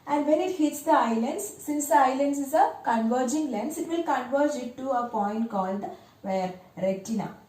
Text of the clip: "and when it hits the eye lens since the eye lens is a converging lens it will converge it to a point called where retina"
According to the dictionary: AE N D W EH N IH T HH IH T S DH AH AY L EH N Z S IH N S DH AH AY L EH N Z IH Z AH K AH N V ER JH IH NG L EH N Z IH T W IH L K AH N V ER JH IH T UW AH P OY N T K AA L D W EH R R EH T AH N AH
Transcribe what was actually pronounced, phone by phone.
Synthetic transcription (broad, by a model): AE N D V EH N IH T HH IH T S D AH AY L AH N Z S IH N S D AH AY L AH N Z IH Z AH K AH N V ER JH IH NG L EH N S IH T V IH L K AH N V ER JH IH T UW AH P OY N T K AA L D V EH R R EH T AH N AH